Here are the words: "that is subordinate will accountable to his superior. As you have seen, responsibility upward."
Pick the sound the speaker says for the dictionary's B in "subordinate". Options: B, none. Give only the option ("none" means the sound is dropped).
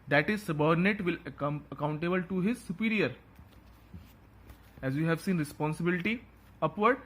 B